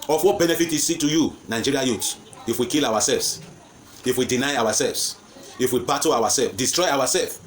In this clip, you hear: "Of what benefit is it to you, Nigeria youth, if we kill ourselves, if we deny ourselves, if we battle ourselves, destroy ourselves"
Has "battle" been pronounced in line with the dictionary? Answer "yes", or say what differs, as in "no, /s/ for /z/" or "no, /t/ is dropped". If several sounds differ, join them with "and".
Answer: no, /w/ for /l/